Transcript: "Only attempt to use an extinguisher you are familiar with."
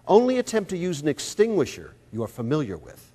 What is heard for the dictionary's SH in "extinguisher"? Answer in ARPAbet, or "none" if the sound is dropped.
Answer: SH